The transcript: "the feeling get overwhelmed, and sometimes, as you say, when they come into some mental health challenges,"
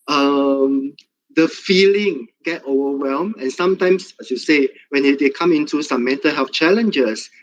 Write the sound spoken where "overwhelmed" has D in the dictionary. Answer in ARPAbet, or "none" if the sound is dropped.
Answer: none